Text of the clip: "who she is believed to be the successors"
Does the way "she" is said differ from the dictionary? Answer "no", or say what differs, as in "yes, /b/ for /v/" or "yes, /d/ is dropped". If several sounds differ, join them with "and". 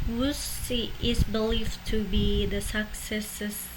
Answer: yes, /s/ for /ʃ/